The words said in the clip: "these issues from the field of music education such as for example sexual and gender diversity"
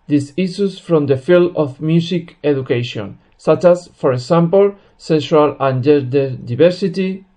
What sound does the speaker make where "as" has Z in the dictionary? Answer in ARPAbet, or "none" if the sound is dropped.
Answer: S